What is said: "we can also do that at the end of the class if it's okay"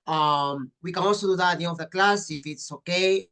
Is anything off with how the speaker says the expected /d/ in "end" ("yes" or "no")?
yes